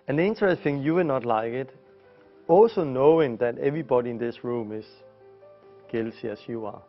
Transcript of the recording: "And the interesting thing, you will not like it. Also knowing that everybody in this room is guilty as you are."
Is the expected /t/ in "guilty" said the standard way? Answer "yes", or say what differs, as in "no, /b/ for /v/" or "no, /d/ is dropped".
no, /s/ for /t/